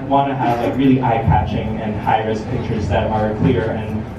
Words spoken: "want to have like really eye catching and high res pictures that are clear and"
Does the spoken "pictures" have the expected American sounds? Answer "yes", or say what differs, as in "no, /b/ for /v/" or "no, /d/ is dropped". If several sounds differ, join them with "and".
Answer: yes